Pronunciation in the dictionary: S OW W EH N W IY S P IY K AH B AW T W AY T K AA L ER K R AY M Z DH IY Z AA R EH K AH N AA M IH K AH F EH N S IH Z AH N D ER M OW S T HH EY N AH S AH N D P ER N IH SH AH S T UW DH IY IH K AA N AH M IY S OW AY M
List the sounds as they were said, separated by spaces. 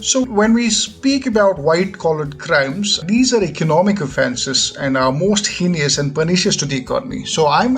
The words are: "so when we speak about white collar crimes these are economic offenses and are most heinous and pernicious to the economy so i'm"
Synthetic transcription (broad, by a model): S OW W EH N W IY S P IY K AH B AW T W AY T K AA L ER K R AY M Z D IY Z AA R EH K AH N AA M IH K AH F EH N S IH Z AH N D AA M OW S T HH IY N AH S AH N D P ER N IH SH AH S T UW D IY IH K AA N AH M IY S OW AY M